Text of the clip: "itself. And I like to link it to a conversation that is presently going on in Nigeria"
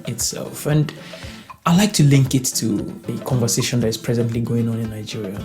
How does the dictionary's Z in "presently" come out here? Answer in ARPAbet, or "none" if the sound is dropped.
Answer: Z